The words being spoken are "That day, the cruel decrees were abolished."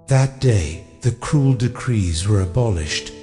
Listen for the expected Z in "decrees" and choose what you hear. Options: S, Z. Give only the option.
Z